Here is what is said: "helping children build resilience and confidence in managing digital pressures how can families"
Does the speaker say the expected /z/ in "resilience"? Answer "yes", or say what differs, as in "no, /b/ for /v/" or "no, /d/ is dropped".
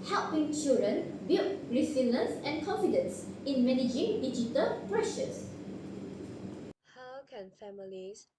no, /s/ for /z/